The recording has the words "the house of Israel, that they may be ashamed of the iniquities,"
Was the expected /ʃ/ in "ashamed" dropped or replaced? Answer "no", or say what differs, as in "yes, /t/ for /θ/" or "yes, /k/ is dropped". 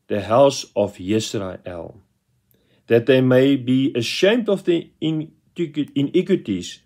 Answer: no